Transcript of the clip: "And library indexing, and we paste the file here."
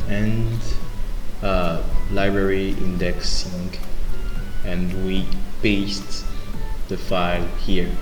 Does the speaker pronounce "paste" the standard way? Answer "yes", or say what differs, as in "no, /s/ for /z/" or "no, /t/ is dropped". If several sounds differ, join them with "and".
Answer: no, /b/ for /p/